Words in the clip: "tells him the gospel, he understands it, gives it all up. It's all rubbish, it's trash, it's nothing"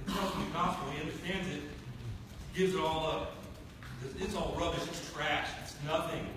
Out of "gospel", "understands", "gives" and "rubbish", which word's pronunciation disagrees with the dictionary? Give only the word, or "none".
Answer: gospel